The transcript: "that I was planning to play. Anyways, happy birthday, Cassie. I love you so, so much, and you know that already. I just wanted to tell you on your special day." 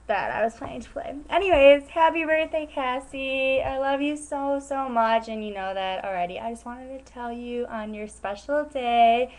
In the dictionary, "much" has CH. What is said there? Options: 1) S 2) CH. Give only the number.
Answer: 2